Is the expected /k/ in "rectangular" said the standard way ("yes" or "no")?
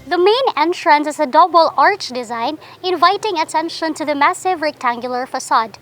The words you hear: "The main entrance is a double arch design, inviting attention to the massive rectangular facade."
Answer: yes